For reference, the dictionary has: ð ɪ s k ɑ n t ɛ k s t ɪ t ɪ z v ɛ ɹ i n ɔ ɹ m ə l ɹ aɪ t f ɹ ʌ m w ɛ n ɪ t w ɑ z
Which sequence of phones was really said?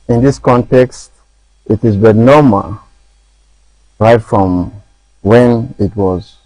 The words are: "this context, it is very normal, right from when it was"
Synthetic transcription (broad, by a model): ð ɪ s k ɑ n t ɛ k s t ɪ t ɪ z b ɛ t n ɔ m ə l ɹ aɪ t f ɹ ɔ m w ɛ n ɪ t w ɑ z